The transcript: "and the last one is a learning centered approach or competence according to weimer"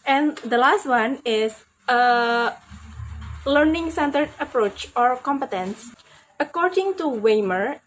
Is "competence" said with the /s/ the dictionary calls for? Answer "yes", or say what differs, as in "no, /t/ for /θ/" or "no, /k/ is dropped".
yes